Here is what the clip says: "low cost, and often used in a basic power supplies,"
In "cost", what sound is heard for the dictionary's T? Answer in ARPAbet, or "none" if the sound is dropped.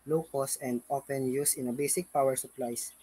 none